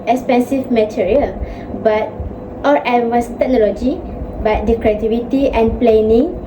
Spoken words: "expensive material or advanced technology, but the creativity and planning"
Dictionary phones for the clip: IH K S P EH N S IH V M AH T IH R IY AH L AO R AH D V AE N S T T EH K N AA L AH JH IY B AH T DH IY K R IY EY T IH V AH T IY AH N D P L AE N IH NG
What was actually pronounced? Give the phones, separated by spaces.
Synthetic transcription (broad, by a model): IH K S P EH N S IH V M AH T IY R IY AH L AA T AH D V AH S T T EH K N AA L AH JH IY B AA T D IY K R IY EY T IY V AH T IY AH N P L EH N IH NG